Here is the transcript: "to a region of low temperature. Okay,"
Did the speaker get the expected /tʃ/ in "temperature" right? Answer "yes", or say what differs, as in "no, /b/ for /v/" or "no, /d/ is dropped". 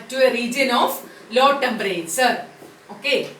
no, /s/ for /tʃ/